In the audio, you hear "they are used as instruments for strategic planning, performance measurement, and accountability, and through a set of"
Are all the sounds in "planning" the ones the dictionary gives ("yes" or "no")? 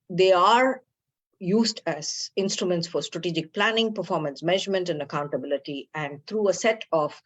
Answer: yes